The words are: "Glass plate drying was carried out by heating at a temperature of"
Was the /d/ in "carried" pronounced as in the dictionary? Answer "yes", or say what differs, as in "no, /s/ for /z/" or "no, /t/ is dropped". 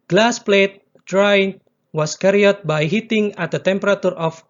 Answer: no, /d/ is dropped